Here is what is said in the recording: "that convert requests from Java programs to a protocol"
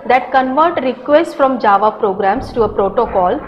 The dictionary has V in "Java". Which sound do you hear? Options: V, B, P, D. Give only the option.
V